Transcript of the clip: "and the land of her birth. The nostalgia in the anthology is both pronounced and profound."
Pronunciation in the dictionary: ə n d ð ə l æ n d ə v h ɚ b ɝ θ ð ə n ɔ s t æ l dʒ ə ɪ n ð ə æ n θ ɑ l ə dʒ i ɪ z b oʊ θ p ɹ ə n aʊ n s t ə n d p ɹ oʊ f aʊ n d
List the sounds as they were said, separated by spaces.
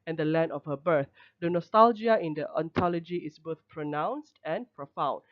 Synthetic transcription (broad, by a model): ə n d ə l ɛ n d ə f h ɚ b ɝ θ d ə n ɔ s t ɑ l dʒ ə ɪ n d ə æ n t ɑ l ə dʒ i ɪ s b oʊ θ p ɹ ə n aʊ n s t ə n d p ɹ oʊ f aʊ n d